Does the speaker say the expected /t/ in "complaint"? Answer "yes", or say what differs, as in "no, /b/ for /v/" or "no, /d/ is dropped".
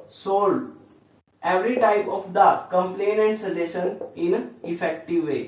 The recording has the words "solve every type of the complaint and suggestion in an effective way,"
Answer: no, /t/ is dropped